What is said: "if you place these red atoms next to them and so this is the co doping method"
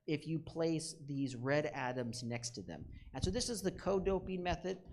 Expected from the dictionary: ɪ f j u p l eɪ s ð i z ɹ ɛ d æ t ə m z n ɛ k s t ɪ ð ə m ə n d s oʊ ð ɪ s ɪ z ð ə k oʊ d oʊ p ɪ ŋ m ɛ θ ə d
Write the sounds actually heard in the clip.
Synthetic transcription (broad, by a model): ɪ f j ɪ p l eɪ s ð i z ɹ ɛ d æ t ə m z n ɛ k s t ɪ ð ə m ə n s oʊ ð ɪ s ɪ z ð ə k oʊ d oʊ p ɪ ŋ m ɛ θ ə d